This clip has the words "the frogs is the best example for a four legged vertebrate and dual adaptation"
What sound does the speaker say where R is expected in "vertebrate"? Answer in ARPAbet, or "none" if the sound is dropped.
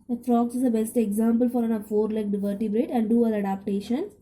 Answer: R